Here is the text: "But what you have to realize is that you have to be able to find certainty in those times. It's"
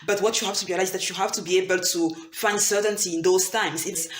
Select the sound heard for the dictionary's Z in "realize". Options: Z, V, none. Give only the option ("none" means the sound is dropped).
none